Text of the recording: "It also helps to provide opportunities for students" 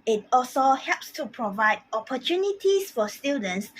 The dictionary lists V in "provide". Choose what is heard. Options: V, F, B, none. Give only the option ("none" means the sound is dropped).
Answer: V